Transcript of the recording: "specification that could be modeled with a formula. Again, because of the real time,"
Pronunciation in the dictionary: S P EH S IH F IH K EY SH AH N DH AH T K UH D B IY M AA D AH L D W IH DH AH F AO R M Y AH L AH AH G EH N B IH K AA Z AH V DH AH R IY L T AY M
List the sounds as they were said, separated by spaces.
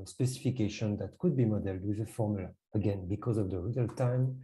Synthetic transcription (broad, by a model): S P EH S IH F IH K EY SH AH N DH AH T K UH D B IY M AA D AH L D W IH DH AH F AO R M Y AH L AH AH G EH N B IH K AA Z AH V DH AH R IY L T AY M